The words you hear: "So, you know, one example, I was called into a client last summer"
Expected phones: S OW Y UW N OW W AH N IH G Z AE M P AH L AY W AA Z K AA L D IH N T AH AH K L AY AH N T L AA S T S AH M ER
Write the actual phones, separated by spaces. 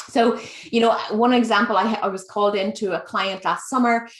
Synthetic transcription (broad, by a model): S OW Y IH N OW W AH N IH G Z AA M P AH L AY W AA Z K AA L D IH N T AH AH K L AY AH N T L AA S T S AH M ER